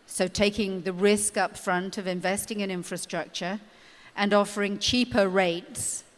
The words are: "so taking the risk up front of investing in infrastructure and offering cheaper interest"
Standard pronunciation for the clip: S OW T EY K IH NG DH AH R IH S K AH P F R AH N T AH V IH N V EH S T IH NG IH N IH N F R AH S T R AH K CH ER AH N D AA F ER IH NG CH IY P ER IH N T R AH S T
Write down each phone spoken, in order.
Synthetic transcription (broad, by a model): S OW T EY K IH NG DH AH R IH S K AH P F R AH N T AH V IH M V EH S T IH NG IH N IH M F R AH S T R AH K CH ER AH N AA F ER IH NG CH IY P ER IH T S